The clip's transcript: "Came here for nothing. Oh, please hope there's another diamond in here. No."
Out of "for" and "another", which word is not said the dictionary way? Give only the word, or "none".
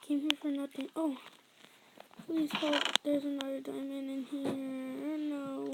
another